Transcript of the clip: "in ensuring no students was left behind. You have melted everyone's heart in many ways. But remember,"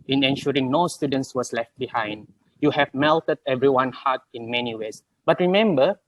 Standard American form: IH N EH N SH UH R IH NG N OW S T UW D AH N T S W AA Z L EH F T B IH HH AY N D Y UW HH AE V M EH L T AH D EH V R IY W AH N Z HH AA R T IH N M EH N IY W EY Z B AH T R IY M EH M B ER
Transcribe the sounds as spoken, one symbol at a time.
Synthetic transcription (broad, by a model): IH N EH N SH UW R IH NG N OW S T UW D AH N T S W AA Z L EH F T B IH HH AY N D Y UW HH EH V M EH L T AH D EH V R IY W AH N HH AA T IH N M EH N IY W EY S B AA T R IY M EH M B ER